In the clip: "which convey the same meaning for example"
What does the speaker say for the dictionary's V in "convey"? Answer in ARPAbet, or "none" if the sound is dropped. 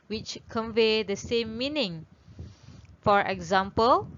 V